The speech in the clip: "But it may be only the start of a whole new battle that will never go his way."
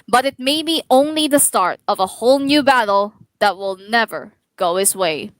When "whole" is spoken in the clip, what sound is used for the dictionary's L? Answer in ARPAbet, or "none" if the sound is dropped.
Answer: L